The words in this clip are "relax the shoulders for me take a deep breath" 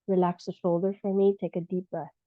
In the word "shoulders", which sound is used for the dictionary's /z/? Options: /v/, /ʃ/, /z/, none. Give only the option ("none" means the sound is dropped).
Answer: none